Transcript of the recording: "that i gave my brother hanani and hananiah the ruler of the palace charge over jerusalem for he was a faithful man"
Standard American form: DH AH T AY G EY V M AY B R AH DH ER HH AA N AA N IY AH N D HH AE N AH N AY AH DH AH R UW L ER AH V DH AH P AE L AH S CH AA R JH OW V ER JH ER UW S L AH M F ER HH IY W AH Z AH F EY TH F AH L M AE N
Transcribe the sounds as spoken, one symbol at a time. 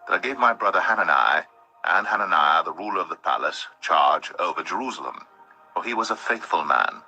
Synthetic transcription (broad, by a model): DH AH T AY G EY V M AY B R AH DH ER HH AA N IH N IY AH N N HH AE N AH N AY AH DH AH R UW L ER AH V DH AH P AE L AH S CH AA R JH OW V ER JH ER UW S L AH M F ER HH IY W AH Z AH F EY TH F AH L M AE N